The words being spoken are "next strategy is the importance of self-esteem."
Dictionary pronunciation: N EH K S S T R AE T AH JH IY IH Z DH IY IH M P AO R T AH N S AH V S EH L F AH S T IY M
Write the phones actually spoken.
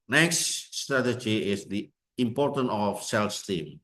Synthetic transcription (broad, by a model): N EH K S S T R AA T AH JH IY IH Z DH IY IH M P AO R T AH N AH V S EH L F S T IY M